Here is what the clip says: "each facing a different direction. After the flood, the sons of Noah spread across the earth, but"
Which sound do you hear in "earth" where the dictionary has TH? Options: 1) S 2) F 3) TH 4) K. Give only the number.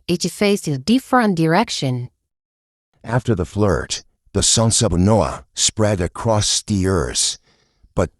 1